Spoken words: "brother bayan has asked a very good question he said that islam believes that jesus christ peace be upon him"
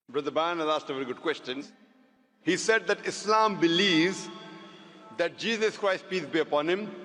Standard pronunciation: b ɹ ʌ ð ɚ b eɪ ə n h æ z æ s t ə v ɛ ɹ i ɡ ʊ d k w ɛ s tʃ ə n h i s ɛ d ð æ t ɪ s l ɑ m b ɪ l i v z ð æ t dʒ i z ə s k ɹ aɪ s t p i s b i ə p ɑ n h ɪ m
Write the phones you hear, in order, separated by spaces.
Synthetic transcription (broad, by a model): b ɹ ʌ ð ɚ b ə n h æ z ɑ s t ə v ɛ ɹ i ɡ ʊ d k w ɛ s tʃ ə n h i s ɛ d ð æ t ɪ s l ɑ m b ɪ l i v z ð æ t dʒ i z ə s k ɹ aɪ s t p i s b i ə p ɑ n h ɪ m